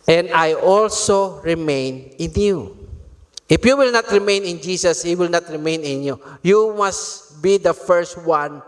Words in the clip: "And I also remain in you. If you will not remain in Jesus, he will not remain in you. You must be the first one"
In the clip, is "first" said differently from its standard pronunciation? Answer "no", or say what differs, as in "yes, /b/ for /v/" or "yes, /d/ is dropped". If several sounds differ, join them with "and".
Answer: no